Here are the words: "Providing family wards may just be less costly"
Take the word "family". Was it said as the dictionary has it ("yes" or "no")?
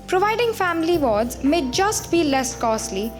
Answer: yes